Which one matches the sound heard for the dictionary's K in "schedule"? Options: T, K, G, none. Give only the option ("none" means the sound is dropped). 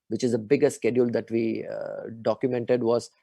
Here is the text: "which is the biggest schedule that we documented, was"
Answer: K